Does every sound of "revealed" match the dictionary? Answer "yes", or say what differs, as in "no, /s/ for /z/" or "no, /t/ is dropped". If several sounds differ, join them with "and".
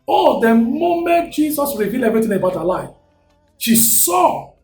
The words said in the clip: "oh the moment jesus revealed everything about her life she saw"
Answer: no, /d/ is dropped